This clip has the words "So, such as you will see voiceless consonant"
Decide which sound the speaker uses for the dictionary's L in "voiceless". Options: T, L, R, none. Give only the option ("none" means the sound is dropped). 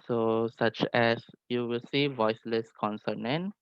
L